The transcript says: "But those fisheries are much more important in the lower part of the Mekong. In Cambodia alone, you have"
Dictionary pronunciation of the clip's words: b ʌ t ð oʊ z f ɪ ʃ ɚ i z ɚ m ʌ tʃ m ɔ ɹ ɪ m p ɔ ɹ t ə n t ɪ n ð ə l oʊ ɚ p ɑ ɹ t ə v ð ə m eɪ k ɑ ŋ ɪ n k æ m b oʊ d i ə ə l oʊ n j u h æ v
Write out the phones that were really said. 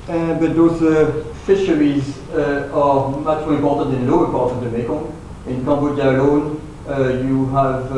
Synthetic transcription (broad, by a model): b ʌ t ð oʊ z f ɪ ʃ ɚ i z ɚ m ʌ tʃ m ɔ ɹ ɪ m p ɔ ɹ t ə n t ɪ n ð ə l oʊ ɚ p ɑ ɹ t ə v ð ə m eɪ k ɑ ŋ ɪ n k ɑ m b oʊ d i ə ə l oʊ n j u h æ v